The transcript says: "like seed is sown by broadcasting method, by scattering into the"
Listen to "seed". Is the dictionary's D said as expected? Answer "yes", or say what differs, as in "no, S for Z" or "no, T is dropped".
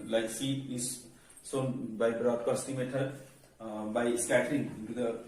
no, D is dropped